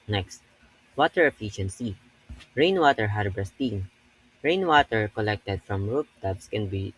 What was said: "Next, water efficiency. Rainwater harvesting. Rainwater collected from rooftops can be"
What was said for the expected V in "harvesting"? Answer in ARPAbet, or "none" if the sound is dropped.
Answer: B